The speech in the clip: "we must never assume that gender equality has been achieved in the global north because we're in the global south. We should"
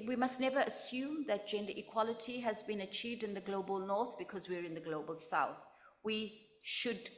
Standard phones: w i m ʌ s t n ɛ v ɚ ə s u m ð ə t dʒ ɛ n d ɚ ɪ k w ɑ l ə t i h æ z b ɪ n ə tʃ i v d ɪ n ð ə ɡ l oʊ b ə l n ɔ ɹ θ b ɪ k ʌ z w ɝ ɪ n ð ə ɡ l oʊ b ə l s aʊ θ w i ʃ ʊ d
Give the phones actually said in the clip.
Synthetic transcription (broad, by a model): w i m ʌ s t n ɛ v ɚ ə s u m ð ə t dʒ ɛ n d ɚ ɪ k w ɑ l ə t i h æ z b ɪ n ə tʃ i v d ɪ n ð ə ɡ l oʊ b ə l n ɔ ɹ θ b ɪ k ʌ z w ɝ ɪ n ð ə ɡ l oʊ b ə l s aʊ θ w i ʃ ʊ d